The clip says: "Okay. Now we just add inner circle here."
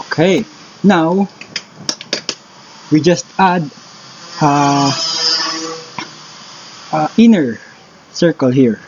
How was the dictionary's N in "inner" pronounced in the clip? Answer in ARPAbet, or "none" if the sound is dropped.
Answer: N